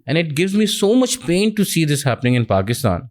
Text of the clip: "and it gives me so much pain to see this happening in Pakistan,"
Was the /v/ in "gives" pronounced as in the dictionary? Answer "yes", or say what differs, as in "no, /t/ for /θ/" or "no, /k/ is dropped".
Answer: yes